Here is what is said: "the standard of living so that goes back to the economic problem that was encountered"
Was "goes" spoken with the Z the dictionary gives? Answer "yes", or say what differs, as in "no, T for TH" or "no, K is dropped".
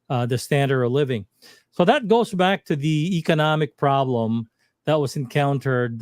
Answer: yes